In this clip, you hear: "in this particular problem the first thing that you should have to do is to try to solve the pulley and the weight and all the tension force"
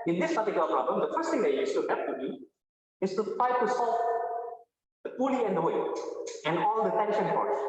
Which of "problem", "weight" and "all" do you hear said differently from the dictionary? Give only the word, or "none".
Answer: weight